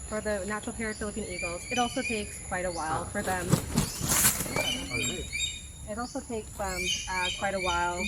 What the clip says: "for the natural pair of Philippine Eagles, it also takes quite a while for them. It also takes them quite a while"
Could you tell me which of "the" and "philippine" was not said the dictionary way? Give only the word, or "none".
none